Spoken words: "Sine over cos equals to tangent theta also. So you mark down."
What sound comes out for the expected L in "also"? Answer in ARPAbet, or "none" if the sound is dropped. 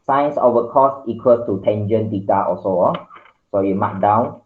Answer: none